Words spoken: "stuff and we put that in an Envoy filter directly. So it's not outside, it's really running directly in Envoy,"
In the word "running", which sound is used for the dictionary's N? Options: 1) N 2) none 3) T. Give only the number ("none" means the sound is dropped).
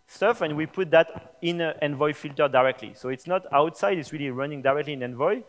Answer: 1